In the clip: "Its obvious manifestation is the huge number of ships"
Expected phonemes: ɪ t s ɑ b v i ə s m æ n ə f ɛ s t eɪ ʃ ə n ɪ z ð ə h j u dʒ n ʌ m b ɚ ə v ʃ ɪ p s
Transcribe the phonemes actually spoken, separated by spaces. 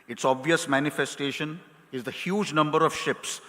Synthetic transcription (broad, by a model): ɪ t s ɑ b v i ə s m æ n ə f ɛ s t eɪ ʃ ə n ɪ z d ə h j u dʒ n ʌ m b ɚ ə v ʃ ɪ p s